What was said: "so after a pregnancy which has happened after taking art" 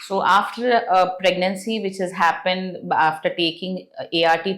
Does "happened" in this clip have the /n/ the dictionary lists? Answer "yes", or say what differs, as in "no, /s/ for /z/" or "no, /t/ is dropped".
yes